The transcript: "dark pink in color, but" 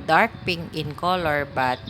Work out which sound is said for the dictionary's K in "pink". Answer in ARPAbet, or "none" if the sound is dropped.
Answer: none